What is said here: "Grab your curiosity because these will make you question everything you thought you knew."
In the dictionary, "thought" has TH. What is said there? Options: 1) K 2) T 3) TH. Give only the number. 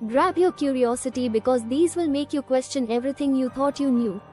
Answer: 2